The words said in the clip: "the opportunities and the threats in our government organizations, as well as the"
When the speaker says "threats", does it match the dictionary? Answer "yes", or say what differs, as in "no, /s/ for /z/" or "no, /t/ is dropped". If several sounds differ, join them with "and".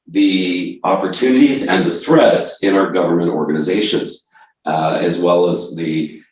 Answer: yes